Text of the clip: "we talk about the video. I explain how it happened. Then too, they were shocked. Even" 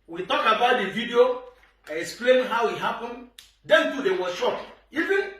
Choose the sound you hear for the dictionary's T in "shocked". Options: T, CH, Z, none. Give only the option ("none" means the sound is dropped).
none